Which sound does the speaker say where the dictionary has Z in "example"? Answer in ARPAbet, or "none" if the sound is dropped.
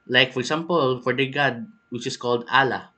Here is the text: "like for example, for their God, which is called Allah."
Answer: S